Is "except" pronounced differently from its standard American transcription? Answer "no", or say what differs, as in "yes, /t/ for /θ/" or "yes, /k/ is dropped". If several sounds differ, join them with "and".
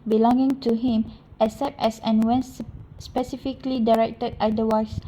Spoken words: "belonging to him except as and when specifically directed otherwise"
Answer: yes, /k/ is dropped